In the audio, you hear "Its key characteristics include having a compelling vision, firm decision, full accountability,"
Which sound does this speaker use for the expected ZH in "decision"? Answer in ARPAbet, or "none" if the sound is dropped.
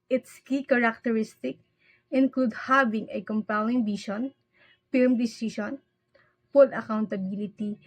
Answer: SH